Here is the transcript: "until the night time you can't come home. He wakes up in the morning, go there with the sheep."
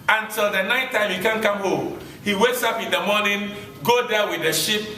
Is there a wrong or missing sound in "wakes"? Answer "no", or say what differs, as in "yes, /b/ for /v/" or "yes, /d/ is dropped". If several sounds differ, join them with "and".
no